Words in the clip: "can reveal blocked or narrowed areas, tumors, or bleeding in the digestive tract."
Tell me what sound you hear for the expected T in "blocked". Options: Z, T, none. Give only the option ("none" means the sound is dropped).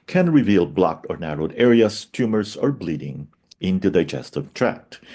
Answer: T